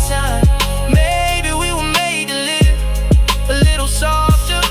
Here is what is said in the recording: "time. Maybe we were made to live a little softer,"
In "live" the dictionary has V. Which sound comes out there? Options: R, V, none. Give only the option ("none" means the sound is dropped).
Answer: none